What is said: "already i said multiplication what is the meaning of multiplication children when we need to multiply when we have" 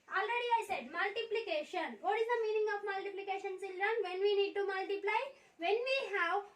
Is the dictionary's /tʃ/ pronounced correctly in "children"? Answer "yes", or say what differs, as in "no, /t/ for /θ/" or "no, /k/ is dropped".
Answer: no, /s/ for /tʃ/